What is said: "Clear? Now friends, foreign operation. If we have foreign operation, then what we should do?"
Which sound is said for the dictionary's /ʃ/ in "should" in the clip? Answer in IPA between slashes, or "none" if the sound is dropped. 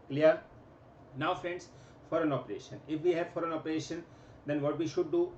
/ʃ/